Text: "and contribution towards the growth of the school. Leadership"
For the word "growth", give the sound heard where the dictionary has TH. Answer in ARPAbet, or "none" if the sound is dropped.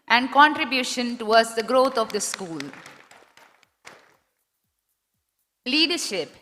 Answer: T